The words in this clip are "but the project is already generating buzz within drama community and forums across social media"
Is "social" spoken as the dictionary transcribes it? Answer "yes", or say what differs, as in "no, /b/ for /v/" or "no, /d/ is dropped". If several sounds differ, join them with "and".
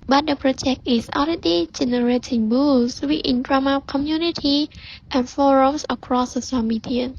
no, /s/ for /ʃ/